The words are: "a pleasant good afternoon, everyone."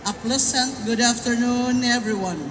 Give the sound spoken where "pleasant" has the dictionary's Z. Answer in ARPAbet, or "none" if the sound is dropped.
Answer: S